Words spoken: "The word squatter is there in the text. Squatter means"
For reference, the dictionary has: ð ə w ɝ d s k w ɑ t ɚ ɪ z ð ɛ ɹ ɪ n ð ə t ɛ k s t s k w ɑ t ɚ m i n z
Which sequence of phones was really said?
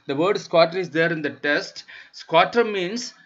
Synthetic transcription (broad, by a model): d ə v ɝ d s k w ɑ t ɚ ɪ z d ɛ ɹ ɪ n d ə t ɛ s t s k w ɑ t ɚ m i n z